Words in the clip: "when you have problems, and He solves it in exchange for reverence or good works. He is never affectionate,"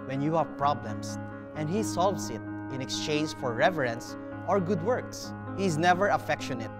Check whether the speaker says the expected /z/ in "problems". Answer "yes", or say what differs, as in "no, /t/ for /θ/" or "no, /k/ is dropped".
no, /s/ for /z/